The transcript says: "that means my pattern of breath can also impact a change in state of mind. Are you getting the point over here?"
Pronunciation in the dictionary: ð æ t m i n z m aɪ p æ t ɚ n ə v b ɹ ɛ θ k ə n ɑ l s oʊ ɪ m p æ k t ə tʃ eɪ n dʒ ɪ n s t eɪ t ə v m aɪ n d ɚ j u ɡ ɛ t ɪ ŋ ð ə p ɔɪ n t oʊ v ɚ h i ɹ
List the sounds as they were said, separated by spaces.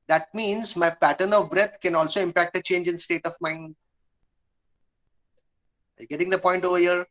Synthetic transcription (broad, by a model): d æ t m i n z m aɪ p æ t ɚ n ə v b ɹ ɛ t k ə n ɑ l s oʊ ɪ m p æ k t ə tʃ eɪ n dʒ ɪ n s t eɪ t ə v m aɪ n d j ɡ ɛ t ɪ ŋ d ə p ɔɪ n t oʊ v ɚ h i ɹ